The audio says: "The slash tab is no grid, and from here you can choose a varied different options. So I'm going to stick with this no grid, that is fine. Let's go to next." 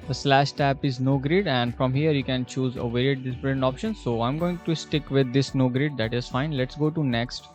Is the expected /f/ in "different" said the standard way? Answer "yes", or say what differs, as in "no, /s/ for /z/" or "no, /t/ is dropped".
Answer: no, /p/ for /f/